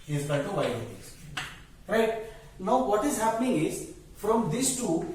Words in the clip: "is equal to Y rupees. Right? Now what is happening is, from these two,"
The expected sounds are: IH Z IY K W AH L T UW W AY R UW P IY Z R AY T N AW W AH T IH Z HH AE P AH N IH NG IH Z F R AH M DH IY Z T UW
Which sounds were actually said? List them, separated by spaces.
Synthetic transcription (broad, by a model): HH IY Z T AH N T UW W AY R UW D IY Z R AY T N AW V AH T IH Z HH AE P AH N IH NG IH Z F R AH M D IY S T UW